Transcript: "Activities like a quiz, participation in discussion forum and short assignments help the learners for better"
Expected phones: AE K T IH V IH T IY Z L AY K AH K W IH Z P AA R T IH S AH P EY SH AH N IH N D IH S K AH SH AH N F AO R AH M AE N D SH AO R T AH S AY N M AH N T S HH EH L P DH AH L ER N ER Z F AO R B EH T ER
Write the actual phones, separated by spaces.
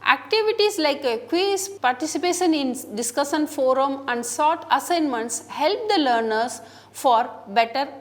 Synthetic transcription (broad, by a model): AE K T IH V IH T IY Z L AY K AH K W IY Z P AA R T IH S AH P EY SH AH N IH N D IH S K AH SH AH N F AO R AH M AE N D S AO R T AH S AY N M AH N T S HH EH L P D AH L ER N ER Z F AO R B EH T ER